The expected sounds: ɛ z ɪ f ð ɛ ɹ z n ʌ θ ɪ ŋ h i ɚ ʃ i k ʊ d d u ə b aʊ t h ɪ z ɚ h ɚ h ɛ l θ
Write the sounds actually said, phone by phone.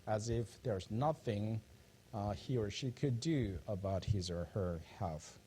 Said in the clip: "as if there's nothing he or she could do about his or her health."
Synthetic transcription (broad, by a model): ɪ z ɪ f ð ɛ ɹ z n ʌ θ ɪ ŋ h i ɚ ʃ i k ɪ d d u ə b aʊ t h ɪ z ɚ h ɚ h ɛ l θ